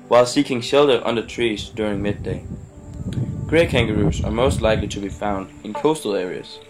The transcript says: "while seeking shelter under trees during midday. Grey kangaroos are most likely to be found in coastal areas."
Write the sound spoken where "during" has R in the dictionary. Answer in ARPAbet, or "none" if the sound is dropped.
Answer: R